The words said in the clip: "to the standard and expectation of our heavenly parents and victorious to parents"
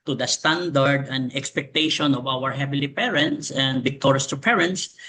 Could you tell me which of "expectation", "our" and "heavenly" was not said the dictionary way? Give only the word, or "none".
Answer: heavenly